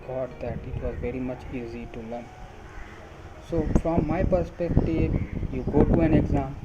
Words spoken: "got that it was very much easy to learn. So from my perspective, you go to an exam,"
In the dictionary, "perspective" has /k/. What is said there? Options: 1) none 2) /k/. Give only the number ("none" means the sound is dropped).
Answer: 2